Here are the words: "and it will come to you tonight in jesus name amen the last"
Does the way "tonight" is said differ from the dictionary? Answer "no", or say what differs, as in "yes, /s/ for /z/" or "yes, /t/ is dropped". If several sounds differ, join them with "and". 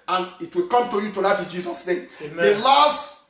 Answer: yes, /l/ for /n/